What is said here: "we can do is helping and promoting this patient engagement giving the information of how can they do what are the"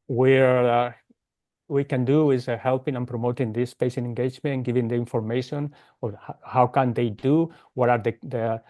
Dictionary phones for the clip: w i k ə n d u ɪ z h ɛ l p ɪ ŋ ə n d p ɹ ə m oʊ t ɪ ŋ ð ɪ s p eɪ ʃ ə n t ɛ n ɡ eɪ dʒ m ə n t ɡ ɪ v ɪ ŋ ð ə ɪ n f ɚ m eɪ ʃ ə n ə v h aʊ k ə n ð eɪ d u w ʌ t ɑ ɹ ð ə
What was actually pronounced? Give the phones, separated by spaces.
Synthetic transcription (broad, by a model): w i k ə n d u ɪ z h ɛ l p ɪ ŋ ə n p ɹ ə m oʊ t ɪ ŋ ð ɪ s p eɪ s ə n ɛ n ɡ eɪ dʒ m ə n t ɡ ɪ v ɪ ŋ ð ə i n f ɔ m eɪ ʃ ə n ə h h aʊ k ə n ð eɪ d u w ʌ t ɑ ɹ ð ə